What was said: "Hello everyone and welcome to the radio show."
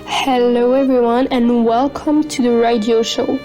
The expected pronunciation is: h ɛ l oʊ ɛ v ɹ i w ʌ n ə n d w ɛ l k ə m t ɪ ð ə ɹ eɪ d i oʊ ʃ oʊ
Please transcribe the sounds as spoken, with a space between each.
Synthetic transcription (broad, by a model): h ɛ l oʊ ɛ v ɹ i w ʌ n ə n w ɛ l k ə m t ɪ ð ə ɹ eɪ d i oʊ ʃ oʊ